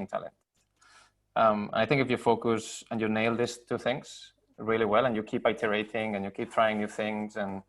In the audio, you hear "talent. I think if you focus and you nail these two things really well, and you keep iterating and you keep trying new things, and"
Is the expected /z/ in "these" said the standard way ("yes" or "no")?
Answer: no